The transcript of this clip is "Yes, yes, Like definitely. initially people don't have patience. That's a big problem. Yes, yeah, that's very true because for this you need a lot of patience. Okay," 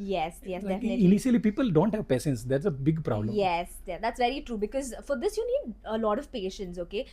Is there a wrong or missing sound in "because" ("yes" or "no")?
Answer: no